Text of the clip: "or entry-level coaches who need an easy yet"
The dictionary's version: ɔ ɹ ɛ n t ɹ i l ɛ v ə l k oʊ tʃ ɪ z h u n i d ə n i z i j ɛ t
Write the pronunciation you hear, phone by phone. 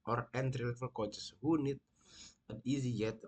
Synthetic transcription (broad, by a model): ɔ ɹ ɛ n t ɹ i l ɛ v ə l k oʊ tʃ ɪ s h u n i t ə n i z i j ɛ t